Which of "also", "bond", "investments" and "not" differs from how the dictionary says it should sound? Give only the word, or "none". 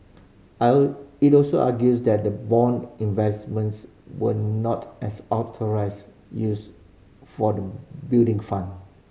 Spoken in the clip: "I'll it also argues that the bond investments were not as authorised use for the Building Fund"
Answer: bond